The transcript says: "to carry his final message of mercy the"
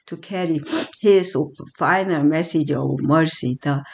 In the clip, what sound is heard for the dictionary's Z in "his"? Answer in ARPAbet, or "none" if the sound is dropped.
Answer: S